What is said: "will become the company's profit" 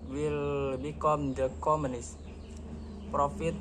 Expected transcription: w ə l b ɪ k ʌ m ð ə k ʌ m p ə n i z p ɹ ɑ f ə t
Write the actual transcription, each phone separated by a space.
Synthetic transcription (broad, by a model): w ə l b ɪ k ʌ m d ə k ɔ m ə n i s p ɹ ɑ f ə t